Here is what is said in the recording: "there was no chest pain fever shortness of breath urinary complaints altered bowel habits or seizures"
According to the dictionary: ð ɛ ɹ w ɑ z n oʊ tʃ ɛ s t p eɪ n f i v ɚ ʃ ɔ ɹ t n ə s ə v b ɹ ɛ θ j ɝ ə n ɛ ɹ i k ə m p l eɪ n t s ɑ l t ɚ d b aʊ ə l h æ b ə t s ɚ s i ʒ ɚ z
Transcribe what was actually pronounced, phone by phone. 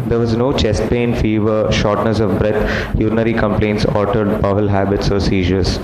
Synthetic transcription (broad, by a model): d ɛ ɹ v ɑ z n oʊ tʃ ɛ s t p eɪ n f i v ɚ ʃ ɔ ɹ t n ə s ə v b ɹ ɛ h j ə n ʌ ɹ i k ə m p l eɪ n t s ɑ t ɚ d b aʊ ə l h æ b ə t s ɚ s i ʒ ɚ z